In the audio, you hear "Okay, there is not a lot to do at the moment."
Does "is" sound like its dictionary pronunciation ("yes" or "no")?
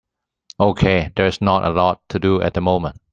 no